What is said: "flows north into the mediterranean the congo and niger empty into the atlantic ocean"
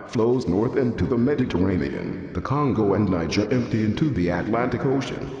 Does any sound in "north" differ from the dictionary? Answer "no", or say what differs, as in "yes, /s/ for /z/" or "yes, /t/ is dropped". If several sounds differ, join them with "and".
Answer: no